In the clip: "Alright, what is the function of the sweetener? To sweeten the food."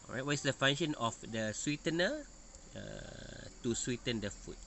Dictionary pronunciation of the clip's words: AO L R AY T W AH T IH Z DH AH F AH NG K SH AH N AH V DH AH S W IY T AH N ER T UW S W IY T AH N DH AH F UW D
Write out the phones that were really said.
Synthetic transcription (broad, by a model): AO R AY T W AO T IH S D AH F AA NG SH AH N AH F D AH S W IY T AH N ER T UW S W IY T AH N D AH F UW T